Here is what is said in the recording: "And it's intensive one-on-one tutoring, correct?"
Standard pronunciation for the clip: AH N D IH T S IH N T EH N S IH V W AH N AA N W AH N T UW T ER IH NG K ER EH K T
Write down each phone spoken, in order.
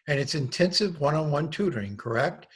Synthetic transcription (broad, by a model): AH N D IH T S IH N T EH N S IH V W AH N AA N W AH N T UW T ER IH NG K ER EH K T